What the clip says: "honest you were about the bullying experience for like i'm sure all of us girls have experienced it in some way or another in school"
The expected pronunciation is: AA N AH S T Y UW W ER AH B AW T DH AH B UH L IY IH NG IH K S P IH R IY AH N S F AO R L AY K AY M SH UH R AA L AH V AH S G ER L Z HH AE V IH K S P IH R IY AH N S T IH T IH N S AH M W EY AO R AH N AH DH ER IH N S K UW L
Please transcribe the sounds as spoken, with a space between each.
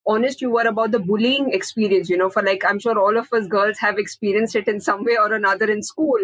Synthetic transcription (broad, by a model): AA N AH S T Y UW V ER AH B AW T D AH B UH L IY IH NG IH K S P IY R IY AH N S F AO R L AY K AY M SH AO R AA L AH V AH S G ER L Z HH AE V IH K S P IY R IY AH N S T IH T IH N S AH M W EY AO R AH N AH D ER IH N S K UW L